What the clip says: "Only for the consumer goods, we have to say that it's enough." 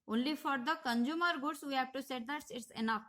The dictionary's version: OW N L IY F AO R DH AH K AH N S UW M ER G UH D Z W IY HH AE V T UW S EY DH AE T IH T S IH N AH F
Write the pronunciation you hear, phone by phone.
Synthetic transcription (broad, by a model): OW N L IY F AO R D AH K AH N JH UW M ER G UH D S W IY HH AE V T UW S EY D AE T IH T S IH N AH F